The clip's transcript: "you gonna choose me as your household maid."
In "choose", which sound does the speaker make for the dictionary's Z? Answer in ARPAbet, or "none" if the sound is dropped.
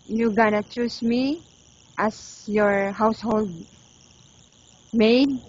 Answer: S